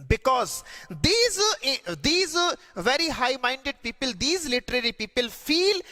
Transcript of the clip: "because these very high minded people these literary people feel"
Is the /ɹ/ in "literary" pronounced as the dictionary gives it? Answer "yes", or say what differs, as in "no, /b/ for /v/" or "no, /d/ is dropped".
yes